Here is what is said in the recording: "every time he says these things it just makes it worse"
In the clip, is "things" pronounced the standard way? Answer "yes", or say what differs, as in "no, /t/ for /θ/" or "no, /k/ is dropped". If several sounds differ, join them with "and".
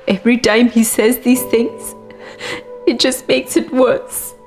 yes